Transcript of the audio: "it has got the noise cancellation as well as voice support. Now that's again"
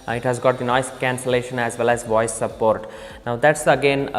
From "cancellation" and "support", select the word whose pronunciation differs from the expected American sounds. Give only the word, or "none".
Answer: none